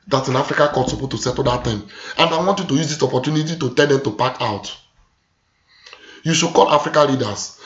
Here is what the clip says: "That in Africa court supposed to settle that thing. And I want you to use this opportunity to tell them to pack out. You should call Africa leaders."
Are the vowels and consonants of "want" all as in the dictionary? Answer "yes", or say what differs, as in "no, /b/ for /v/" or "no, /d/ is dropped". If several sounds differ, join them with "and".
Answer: yes